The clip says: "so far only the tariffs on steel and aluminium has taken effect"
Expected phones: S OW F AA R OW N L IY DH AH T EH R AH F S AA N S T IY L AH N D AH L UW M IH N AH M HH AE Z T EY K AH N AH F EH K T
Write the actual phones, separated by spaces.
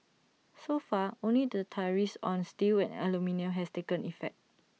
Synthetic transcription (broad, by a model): S OW F AA OW N L IY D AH T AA R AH S AA N S T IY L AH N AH L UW M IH N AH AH HH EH S T EY K AH N AH F EH K T